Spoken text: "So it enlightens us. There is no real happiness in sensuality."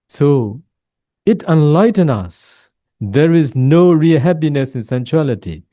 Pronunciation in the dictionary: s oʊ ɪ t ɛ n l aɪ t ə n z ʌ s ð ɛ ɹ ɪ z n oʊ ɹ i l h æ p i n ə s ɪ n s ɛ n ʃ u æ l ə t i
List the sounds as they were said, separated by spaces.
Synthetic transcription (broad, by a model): s oʊ ɪ t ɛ n l aɪ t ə n ʌ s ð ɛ ɹ ɪ z n oʊ ɹ i l h æ p i n ə s ɪ n s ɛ n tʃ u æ l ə t i